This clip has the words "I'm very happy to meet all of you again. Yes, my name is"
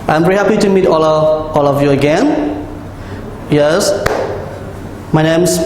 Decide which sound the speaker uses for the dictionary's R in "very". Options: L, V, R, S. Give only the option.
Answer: R